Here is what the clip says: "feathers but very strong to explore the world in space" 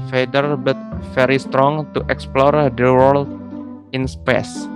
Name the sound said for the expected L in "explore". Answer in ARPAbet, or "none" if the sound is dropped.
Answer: L